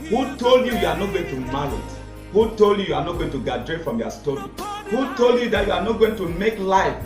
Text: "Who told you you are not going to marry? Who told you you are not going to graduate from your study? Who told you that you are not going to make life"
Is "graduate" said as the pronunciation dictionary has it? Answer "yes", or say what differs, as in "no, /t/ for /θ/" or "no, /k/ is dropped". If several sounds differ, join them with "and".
no, /ɹ/ is dropped